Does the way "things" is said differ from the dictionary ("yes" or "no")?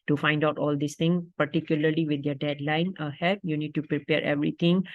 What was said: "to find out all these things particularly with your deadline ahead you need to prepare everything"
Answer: yes